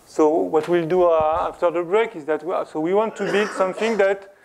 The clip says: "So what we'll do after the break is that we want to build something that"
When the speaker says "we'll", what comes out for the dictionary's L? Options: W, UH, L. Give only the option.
L